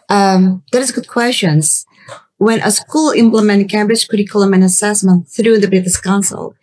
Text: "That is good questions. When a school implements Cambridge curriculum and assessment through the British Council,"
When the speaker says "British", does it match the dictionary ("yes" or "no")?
no